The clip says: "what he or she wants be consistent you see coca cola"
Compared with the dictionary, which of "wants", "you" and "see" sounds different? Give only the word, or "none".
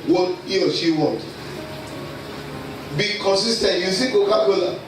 wants